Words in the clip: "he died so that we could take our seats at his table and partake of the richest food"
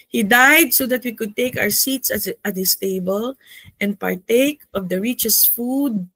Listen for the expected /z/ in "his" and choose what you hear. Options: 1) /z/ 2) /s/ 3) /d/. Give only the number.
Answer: 2